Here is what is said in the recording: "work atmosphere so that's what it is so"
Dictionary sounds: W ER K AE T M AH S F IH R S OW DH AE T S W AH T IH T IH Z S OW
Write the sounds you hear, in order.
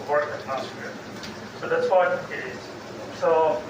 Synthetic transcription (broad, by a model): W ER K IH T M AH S IH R S OW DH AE T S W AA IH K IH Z S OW